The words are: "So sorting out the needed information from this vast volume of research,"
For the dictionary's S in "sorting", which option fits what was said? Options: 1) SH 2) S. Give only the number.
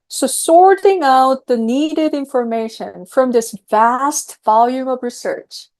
2